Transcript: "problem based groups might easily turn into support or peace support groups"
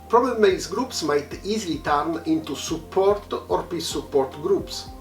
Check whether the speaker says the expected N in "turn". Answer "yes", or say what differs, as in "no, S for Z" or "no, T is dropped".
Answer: yes